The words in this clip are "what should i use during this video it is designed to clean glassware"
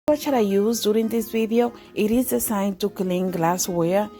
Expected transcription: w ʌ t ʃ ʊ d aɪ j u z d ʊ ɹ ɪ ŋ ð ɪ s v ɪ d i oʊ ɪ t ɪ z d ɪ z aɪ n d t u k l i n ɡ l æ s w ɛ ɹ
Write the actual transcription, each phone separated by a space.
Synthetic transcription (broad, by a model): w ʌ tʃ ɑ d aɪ j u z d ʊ ɹ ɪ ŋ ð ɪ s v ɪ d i oʊ ɪ t ɪ z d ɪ s aɪ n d t u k l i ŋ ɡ l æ s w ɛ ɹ